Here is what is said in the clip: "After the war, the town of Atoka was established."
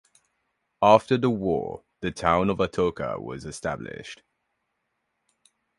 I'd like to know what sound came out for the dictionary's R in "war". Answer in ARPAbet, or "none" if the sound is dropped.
R